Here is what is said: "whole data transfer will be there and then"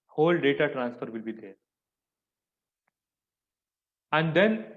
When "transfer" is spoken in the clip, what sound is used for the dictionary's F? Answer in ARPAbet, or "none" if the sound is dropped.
F